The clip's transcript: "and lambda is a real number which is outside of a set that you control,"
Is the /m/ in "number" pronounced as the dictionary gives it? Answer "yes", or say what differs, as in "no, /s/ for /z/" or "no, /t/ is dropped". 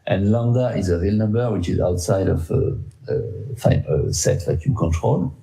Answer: yes